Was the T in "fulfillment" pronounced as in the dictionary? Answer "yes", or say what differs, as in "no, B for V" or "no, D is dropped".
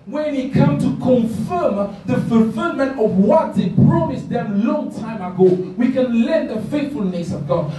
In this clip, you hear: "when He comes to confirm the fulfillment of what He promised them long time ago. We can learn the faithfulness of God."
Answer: yes